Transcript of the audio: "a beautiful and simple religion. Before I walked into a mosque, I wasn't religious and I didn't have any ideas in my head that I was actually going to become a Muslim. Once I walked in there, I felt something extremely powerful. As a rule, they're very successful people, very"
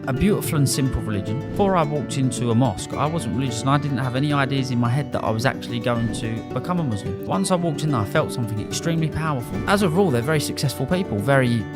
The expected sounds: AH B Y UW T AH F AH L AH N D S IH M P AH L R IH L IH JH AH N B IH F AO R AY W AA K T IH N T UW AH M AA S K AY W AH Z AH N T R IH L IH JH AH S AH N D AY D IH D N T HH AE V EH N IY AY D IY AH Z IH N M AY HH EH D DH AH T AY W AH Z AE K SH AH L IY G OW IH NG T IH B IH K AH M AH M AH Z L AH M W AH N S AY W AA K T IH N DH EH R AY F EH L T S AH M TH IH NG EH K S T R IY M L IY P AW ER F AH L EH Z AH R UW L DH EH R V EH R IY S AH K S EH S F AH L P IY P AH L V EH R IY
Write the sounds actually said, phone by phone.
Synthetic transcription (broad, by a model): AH B Y UW T AH F AH L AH N S IH M P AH L R IH L IH JH AH N B IH F AO R AY W AA K T IH N T UW AH M AA S K AY W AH Z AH N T R IH L IH JH AH S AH N AY D IH D N T HH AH V EH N IY AY D IY AH Z IH N M AY HH EH D DH AH T AY W AH Z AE K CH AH L IY G OW IH NG T IH B IH K AH M AH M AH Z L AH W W AH N S AY W AA K T IH N DH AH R AY F EH L T S AH M TH IH NG EH K S T R IY M L IY P AW ER F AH L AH Z AH R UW L DH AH R V EH R IY S AH K S EH S F AH L P IY P AH L V EH R IY